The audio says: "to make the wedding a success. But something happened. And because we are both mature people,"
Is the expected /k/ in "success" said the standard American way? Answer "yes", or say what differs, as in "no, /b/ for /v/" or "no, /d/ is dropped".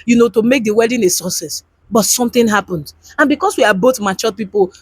no, /k/ is dropped